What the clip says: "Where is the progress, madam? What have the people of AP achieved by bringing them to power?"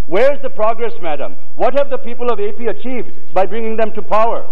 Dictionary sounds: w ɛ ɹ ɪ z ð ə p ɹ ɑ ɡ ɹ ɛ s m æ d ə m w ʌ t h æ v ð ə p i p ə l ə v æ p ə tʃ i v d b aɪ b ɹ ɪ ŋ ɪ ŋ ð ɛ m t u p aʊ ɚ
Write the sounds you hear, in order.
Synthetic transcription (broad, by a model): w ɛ ɹ ɪ z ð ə p ɹ ɑ ɡ ɹ ɛ s m æ d ə m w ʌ t h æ v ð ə p i p ə l ə v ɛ p ə tʃ i v d b aɪ b ɹ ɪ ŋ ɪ ŋ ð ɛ m t u p aʊ ɚ